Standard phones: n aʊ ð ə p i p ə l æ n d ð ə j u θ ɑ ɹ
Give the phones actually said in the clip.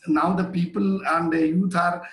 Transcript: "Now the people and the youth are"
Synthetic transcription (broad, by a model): n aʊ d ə p i p ə l æ n d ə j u t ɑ ɹ